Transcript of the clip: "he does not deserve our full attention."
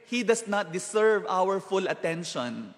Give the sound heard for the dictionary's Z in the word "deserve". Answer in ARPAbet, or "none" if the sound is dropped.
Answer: S